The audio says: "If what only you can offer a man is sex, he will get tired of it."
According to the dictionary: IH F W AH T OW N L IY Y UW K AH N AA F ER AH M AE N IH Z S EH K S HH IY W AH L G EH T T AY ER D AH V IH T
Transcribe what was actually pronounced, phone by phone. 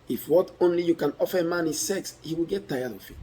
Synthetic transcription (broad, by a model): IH F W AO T OW N L IY Y UW K AH N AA F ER AH M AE N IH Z S EH K S HH IY W AH L G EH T T AY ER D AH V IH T